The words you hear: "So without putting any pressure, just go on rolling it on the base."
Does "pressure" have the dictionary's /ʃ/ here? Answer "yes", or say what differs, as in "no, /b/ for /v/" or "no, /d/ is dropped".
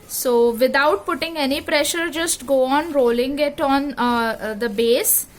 yes